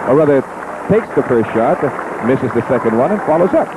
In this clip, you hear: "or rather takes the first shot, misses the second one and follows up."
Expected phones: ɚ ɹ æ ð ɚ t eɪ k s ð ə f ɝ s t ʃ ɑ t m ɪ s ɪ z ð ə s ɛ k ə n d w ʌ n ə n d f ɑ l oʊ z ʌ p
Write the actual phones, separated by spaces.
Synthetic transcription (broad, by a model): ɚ ɹ æ ð ɚ t eɪ k s ð ə f ɝ s t ʃ ɑ t m ɪ s ɪ z ð ə s ɛ k ə n d w ʌ n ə n f ɑ l oʊ z ʌ p